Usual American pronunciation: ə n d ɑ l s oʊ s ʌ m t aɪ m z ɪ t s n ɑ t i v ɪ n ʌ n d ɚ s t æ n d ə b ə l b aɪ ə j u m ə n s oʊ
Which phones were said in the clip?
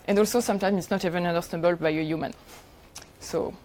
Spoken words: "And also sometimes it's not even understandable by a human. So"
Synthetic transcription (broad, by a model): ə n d ɑ l s oʊ s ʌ m t aɪ m ɪ t s n ɑ t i v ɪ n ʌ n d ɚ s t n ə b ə l b aɪ ə j u m ə n s oʊ